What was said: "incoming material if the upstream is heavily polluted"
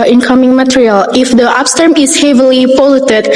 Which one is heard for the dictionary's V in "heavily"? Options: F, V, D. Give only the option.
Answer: V